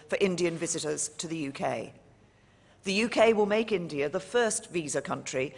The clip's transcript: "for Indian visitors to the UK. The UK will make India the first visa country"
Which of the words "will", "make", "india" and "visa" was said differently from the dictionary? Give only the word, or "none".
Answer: none